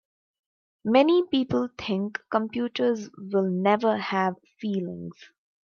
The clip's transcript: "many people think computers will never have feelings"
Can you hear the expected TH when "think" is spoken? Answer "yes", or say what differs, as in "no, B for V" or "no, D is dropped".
no, T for TH